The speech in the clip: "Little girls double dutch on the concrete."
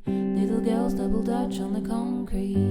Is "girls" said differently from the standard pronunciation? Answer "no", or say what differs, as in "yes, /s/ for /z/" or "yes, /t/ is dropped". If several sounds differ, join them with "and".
no